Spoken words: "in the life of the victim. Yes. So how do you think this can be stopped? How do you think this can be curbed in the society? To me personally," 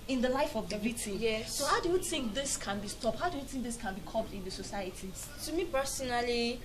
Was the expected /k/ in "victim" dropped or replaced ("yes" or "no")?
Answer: yes